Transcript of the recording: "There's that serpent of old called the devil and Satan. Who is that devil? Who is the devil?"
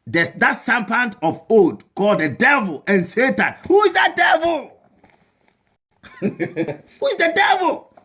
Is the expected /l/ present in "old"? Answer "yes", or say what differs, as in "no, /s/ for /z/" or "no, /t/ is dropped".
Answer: no, /l/ is dropped